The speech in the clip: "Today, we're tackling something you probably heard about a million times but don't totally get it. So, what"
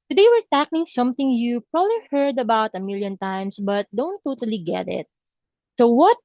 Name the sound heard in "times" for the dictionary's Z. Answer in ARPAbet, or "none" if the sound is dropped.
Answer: S